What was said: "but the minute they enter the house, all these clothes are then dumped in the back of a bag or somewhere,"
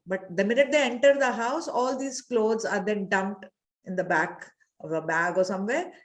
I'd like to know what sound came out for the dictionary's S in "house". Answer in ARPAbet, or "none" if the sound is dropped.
S